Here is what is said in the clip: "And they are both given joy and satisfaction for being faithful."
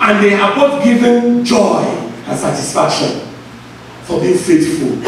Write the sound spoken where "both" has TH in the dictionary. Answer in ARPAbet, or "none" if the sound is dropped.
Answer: T